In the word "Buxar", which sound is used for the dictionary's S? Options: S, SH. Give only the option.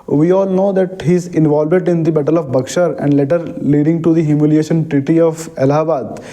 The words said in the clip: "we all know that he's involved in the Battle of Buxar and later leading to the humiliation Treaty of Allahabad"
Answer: SH